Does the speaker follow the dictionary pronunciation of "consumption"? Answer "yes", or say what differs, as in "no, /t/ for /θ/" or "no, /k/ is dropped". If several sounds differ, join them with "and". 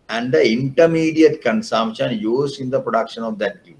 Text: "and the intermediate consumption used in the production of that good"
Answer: yes